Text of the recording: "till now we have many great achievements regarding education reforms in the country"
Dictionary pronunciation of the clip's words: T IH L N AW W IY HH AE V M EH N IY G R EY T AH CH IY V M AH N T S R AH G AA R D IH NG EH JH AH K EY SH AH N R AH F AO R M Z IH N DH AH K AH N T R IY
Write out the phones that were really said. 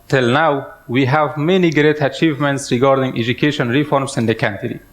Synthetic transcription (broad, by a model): T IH L N AW W IY HH AE V M EH N IY G R EY T AH CH IY V M AH N T S R AH G AA R D IH NG EH JH AH K EY SH AH N R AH F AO R M S IH N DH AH K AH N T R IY